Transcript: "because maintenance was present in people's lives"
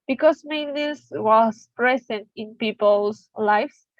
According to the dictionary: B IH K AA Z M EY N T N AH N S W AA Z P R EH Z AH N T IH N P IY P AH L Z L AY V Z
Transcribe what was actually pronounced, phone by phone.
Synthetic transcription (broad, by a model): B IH K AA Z M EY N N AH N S W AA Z P R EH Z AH N T IH N P IY P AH L S L AY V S